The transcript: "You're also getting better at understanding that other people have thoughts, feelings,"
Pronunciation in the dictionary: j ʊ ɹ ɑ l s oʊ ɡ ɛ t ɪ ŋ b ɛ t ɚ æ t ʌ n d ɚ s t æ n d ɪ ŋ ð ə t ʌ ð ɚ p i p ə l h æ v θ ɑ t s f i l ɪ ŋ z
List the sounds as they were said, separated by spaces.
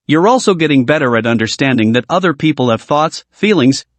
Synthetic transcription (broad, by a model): j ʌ ɹ ɑ l s oʊ ɡ ɛ t ɪ ŋ b ɛ t ɚ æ t ʌ n d ɚ s t æ n d ɪ ŋ ð ə t ʌ ð ɚ p i p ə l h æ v θ ɑ t s f i l ɪ ŋ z